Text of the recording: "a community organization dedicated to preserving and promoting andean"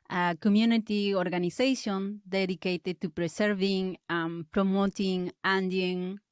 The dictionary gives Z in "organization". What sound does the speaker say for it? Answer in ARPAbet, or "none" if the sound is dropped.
S